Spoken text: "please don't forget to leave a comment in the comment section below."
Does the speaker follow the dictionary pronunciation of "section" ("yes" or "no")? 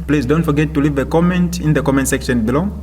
yes